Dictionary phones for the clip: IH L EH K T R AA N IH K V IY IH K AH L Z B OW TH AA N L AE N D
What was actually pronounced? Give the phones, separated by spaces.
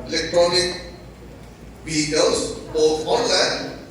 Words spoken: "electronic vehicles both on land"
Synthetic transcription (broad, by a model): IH L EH K T R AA N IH K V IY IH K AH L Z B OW T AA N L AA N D